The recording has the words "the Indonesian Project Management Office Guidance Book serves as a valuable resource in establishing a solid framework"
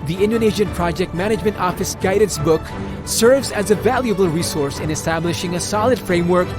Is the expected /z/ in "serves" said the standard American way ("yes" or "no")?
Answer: yes